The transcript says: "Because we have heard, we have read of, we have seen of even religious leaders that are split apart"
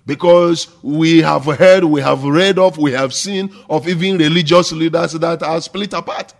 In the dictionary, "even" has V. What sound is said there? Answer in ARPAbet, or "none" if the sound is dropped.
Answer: V